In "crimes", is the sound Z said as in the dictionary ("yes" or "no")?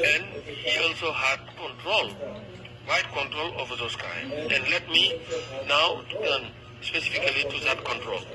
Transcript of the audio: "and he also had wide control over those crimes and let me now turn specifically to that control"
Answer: no